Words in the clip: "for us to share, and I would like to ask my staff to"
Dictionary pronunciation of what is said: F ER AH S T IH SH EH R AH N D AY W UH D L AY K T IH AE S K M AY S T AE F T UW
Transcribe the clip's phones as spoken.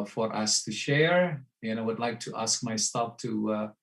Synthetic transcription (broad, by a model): F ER AH S T IH SH EH R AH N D AY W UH D L AY K T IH AE S K M AY S T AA P T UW